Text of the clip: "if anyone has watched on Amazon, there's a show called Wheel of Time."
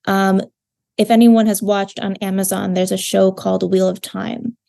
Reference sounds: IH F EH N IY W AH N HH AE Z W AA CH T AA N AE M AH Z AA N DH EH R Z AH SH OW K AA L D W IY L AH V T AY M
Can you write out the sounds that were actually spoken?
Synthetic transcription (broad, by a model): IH F EH N IY W AH N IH Z W AA CH T N AE M AH Z AA N DH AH R Z AH SH OW K AA L D W IY L AH V T AY M